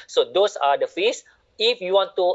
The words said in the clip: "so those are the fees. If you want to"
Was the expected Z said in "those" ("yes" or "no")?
no